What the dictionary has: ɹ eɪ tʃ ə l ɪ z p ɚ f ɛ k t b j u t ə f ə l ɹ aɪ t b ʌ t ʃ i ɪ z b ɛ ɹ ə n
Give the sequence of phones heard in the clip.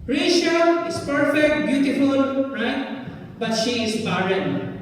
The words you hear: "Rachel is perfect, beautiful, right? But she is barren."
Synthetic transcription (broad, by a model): ɹ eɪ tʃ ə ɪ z p ɚ f ɛ k t b j u t ə f ə l ɹ aɪ t b ʌ t ʃ i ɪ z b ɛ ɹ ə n